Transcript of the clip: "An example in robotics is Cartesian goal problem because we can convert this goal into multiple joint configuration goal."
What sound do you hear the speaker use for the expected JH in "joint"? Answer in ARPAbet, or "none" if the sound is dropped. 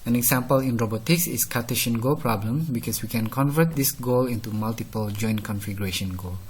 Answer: JH